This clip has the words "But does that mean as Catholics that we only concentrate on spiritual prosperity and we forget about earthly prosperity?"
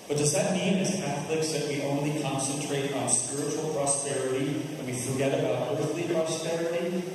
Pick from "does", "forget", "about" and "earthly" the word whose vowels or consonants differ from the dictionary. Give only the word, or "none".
none